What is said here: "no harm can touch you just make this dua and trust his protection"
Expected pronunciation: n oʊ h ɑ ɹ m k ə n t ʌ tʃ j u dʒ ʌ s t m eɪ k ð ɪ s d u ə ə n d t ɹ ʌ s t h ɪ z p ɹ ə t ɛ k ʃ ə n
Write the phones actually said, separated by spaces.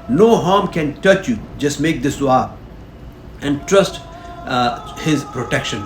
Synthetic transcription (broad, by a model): n oʊ h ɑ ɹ m k ə n t ʌ tʃ j u dʒ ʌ s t m eɪ k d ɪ s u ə ə n d t ɹ ʌ s t h ɪ z p ɹ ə t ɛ k ʃ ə n